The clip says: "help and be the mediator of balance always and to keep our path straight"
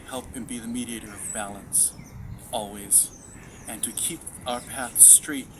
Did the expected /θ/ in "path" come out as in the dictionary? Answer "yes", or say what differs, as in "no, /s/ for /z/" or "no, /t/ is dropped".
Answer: yes